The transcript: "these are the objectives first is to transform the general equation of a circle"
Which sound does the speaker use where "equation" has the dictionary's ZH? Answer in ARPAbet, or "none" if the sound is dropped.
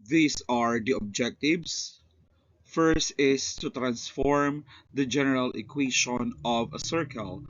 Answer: SH